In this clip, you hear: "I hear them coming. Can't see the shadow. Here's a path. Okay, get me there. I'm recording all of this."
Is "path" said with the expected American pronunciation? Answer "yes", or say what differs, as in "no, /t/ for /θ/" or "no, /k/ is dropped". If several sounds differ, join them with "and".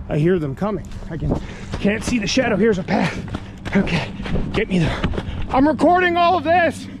yes